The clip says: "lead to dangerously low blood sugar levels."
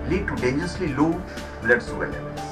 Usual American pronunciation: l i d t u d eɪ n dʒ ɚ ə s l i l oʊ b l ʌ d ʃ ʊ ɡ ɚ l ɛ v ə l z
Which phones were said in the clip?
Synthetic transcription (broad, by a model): l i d t u d eɪ n dʒ ɚ ə s l i l oʊ b l ʌ d s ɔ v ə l